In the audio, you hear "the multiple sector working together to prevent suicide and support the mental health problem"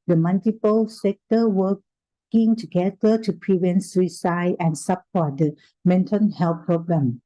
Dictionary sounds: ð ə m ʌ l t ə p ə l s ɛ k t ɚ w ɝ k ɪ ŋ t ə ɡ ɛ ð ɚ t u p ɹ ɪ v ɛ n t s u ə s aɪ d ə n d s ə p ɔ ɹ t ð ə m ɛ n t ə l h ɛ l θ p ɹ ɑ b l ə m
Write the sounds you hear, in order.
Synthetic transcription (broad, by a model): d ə m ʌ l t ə p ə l s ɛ k t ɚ w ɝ k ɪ ŋ t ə ɡ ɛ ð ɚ t u p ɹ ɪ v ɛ n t s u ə s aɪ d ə n s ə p ɔ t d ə m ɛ n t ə n h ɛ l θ p ɹ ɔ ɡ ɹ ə m